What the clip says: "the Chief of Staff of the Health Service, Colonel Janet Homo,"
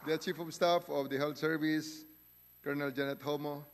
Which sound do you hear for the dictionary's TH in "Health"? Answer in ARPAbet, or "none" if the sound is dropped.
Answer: T